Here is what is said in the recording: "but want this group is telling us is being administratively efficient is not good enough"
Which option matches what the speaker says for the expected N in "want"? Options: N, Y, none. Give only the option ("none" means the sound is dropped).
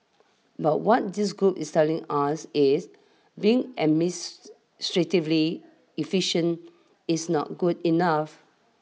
none